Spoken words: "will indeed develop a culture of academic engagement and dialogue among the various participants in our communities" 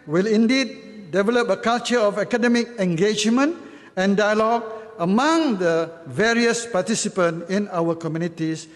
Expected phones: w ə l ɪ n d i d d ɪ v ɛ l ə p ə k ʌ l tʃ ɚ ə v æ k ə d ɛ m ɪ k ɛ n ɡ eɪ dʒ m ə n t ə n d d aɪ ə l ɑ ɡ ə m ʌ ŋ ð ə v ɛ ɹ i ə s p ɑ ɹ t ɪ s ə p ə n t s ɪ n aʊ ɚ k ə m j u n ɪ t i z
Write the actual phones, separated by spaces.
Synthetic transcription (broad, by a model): w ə l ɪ n d i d d ɪ v ɛ l ə p ə k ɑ l tʃ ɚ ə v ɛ k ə d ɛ m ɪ k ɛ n ɡ eɪ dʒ m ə n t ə n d d aɪ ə l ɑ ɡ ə m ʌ ŋ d ə v ɛ ɹ i ə s p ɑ t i s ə p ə n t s ɪ n aʊ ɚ k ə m j u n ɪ t i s